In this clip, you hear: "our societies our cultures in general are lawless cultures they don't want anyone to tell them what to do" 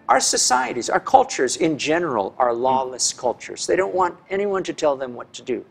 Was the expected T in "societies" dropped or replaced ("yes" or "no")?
no